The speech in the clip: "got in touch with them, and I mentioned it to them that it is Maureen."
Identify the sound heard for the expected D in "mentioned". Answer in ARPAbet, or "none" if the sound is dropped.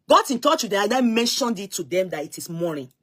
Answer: D